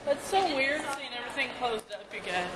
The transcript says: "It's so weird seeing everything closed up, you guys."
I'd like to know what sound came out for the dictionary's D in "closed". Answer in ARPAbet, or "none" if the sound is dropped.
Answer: D